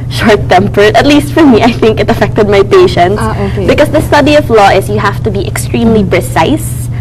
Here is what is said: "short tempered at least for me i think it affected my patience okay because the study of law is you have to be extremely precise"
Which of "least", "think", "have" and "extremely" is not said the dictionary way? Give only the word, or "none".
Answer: have